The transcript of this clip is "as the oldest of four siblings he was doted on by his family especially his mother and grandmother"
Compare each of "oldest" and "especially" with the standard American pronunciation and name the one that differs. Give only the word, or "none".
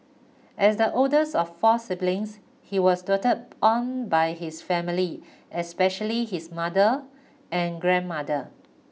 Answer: oldest